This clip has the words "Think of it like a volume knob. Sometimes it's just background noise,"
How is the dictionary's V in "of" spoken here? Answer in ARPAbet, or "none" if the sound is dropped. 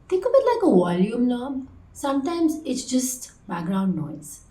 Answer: B